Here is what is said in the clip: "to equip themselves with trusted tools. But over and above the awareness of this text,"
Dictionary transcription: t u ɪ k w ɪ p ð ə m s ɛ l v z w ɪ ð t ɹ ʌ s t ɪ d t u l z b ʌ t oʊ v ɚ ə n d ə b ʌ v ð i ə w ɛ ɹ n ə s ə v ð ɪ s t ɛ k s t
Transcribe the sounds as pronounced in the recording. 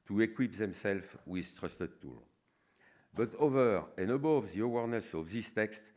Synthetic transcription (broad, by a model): t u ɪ k w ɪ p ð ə m s ɛ l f w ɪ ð t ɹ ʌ s t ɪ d t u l b ʌ t oʊ v ɚ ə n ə b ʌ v ð i ə w ɛ ɹ n ə s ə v ð ɪ s t ɛ k s t